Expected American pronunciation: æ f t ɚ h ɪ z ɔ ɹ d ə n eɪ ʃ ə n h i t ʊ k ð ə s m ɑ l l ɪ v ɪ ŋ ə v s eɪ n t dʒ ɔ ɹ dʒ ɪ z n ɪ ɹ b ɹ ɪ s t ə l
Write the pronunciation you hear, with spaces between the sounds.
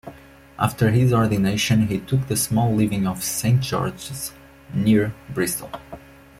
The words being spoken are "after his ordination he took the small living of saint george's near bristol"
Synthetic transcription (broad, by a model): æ f t ɚ h ɪ z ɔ ɹ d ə n eɪ ʃ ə n h i t ʊ k ð ə s m ɑ l l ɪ v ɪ ŋ ə v s eɪ n t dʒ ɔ ɹ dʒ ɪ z n ɪ ɹ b ɹ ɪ s t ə l